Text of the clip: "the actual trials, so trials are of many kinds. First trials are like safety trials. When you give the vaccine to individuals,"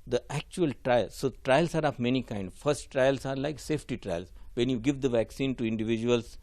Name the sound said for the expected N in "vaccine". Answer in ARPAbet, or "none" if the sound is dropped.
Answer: N